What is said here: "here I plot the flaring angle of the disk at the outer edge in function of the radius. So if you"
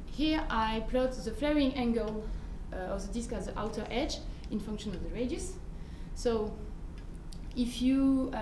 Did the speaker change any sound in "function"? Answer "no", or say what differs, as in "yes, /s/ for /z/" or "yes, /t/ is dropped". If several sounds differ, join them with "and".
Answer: no